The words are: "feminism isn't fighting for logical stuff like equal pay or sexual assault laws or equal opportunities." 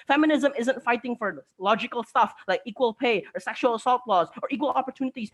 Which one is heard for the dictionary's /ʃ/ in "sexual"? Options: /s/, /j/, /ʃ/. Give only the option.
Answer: /ʃ/